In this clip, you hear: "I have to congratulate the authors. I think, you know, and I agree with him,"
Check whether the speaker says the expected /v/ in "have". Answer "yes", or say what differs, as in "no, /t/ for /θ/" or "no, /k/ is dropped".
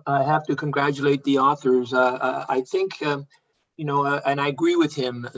no, /f/ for /v/